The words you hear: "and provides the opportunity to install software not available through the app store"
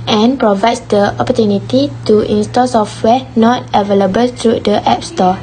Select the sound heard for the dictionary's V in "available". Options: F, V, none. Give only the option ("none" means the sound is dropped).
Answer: V